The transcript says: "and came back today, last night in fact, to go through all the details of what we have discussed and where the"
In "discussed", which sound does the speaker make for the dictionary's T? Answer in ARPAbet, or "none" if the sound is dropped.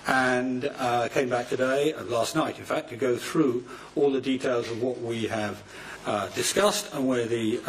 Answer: T